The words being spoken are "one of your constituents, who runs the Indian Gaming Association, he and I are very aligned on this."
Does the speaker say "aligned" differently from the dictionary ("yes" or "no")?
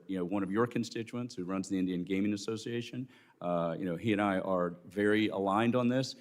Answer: no